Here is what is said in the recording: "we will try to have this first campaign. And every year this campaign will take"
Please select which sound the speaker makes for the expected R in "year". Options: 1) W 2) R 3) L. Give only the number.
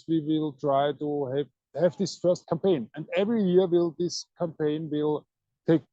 3